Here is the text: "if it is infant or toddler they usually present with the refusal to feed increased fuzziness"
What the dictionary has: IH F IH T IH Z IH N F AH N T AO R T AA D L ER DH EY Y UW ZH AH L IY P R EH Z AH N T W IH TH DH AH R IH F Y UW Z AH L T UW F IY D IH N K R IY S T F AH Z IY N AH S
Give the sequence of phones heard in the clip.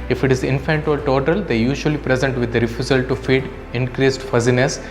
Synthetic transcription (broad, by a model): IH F IH T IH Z IH N F AH N T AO L T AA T L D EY Y UW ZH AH L IY P R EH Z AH N T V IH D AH R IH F Y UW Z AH L T UW F IY D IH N K R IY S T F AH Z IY N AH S